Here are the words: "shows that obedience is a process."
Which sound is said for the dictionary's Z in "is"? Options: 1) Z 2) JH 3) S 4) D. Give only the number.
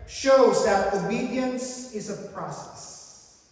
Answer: 1